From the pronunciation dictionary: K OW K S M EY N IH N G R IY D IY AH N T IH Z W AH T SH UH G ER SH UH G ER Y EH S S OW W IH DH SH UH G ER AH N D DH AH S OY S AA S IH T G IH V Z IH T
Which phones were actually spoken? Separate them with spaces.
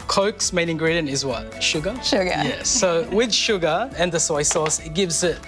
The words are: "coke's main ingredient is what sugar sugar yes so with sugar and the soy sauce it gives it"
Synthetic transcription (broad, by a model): K OW K S M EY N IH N G R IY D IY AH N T IH Z W AH T SH UH G ER SH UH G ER Y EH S S OW W IH DH SH UH G ER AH N DH AH S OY S AA S IH T G IH V Z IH T